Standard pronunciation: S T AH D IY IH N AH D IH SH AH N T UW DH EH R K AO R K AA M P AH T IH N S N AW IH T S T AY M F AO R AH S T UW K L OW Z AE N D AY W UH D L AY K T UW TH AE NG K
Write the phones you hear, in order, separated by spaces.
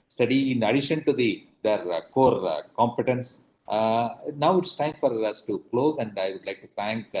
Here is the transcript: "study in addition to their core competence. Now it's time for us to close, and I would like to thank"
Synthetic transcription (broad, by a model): S T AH D IY IH N AH D IH SH AH N T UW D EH R K AO R K AA M P AH T IH N S N AW IH T S T AY M F AO R AH S T UW K L OW Z AE N D AY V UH D L AY K T UW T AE NG K